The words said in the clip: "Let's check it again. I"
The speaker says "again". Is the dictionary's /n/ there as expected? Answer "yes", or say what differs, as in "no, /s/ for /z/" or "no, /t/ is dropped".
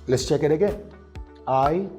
no, /n/ is dropped